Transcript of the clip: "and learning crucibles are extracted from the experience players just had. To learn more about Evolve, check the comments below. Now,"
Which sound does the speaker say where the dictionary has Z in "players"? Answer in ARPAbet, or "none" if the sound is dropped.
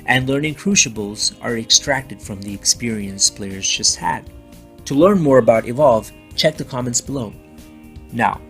Z